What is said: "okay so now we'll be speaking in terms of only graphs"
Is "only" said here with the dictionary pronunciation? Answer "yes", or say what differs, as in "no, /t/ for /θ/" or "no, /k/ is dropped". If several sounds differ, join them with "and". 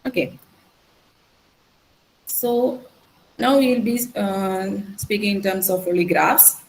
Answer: no, /n/ is dropped